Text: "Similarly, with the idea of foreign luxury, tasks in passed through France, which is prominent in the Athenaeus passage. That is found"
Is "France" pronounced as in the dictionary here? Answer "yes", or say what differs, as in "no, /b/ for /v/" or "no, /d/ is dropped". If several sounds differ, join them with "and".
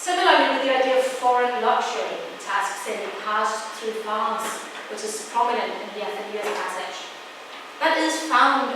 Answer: no, /ɹ/ is dropped